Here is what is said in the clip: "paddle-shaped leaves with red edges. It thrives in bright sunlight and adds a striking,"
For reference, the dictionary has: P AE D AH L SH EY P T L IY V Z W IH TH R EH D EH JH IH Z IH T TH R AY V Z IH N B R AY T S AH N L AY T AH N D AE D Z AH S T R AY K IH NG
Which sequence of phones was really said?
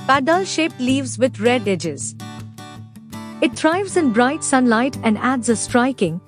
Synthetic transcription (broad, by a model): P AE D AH L SH EY P L IY V Z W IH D R EH D EH JH IH Z IH T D R AY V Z IH N B R AY T S AH N L AY T AH N D AE D Z AH S T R AY K IH NG